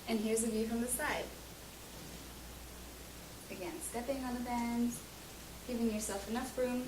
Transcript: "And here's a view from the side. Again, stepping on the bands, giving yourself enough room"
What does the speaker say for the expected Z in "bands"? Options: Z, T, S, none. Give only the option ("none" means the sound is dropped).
none